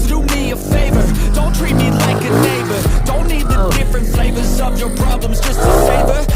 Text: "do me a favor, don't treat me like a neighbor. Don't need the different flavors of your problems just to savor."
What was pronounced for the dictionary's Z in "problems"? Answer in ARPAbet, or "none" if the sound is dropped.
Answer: Z